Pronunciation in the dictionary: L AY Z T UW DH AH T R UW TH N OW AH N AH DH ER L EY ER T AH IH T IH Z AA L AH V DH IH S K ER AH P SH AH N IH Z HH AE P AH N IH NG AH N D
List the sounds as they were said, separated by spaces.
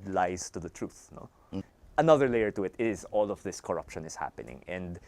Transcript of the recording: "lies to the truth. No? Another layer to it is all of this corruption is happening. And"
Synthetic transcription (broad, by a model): L AY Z T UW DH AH T R UW TH N OW AH N AH DH ER L EY ER T AH IH T IH Z AA L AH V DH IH S K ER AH P SH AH N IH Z HH AE P AH N IH NG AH N D